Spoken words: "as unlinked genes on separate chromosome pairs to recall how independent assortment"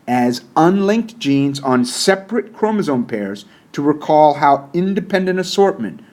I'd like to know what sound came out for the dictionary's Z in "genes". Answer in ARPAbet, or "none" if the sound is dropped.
Z